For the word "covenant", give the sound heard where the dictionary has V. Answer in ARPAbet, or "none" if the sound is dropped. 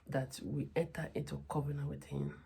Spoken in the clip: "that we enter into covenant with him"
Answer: B